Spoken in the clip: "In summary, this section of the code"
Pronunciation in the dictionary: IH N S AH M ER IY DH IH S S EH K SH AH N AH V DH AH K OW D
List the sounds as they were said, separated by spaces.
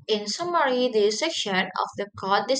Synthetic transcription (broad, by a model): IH N S AH M ER IY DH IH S S EH K SH AH N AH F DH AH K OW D